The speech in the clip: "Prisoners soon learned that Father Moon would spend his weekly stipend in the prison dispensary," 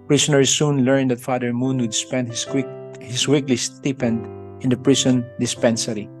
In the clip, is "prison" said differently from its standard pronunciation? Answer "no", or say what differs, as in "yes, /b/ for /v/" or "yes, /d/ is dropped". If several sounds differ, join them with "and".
yes, /s/ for /z/